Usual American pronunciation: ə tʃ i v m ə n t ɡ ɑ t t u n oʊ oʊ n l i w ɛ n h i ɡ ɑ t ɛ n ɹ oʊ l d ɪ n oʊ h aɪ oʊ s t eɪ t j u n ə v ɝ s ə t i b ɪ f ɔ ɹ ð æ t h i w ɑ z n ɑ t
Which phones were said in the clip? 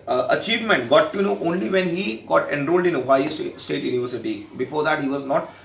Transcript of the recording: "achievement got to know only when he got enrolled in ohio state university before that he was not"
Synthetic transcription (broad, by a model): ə tʃ i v m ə n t ɡ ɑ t t u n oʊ oʊ n l i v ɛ n h i ɡ ɑ t ɛ n ɹ oʊ l d ɪ n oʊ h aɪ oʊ s t eɪ t j u n ə v ɝ s ə t i b ɪ f ɔ ɹ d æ t h i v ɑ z n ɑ t